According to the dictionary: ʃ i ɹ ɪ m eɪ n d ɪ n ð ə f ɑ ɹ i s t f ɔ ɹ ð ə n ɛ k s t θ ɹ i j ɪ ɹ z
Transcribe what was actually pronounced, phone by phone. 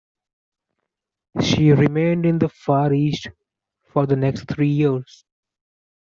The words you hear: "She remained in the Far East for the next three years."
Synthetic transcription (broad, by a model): ʃ i ɹ ɪ m eɪ n d ɪ n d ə f ɑ ɹ i s t f ɔ ɹ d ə n ɛ k s t t ɹ i j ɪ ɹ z